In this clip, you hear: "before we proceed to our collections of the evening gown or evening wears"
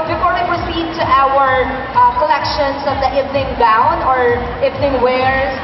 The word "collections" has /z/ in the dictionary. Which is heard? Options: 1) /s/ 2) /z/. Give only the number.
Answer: 1